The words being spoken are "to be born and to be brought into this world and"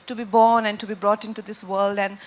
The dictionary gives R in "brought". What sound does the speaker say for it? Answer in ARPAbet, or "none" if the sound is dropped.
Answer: R